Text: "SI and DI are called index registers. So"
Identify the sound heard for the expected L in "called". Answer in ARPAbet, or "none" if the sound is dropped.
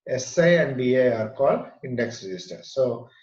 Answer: none